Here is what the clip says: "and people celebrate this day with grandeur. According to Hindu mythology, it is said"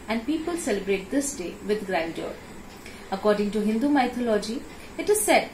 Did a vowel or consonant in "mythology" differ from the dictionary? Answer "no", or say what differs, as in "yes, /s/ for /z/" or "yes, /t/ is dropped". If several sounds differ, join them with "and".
yes, /t/ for /θ/